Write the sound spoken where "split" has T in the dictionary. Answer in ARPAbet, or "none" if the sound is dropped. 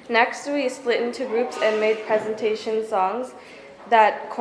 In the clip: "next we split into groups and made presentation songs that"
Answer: T